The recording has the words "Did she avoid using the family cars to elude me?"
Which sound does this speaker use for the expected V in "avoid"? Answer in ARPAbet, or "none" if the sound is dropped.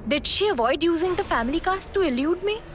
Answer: V